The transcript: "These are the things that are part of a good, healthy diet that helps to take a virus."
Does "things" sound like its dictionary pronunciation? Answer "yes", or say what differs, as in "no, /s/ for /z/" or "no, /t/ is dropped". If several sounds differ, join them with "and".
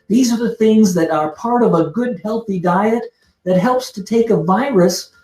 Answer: yes